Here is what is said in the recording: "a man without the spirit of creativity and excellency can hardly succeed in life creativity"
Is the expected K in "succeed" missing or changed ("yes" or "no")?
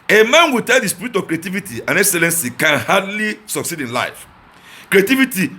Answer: no